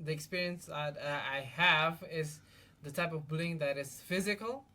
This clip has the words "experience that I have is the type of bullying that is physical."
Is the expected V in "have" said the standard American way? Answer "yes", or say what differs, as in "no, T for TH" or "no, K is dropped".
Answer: yes